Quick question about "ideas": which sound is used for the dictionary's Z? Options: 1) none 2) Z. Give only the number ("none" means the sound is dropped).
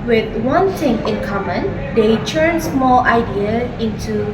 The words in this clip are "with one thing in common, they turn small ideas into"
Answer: 1